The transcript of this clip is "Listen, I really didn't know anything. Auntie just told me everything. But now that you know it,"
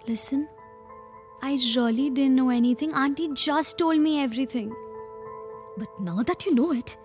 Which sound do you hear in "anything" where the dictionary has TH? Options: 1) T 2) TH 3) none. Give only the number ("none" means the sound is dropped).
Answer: 1